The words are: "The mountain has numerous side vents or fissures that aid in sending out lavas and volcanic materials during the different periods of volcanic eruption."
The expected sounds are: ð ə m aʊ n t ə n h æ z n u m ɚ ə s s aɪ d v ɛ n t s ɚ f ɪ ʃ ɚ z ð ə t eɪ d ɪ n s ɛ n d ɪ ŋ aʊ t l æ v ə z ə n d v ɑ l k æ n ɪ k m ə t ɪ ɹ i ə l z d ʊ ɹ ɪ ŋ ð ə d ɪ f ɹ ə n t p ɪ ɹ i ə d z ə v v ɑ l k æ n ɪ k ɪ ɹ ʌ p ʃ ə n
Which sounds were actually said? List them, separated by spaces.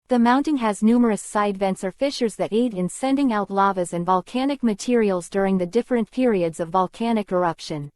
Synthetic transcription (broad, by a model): ð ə m aʊ n t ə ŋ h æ z n u m ɚ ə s s aɪ d v ɛ n t s ɚ f ɪ ʃ ɚ z ð ə t eɪ d ɪ n s ɛ n d ɪ ŋ aʊ t l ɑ v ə z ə n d v ɑ l k æ n ɪ k m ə t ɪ ɹ i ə l z d ʊ ɹ ɪ ŋ ð ə d ɪ f ɹ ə n p ɪ ɹ i ə d z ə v v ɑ l k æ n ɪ k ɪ ɹ ʌ p ʃ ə n